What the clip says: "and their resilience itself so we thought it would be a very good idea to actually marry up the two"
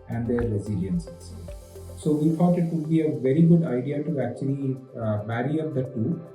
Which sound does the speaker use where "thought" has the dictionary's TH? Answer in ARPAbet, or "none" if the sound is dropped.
F